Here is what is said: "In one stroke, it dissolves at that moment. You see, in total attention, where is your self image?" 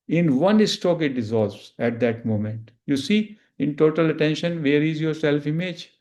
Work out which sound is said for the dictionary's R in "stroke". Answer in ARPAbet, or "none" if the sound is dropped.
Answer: none